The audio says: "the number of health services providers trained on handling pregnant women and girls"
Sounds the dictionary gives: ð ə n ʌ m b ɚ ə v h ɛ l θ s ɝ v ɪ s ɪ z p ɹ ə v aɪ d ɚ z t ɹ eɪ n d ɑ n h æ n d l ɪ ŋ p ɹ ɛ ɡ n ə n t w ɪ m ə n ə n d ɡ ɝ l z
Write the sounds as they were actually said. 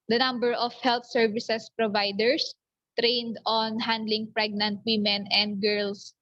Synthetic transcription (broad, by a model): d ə n ʌ m b ɚ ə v h ɛ l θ s ɝ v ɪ s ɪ s p ɹ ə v aɪ d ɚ s t ɹ eɪ n d ɑ n h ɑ n d l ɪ ŋ p ɹ ɛ ɡ n ə n t w ɪ m ə n ə n d ɡ ɝ l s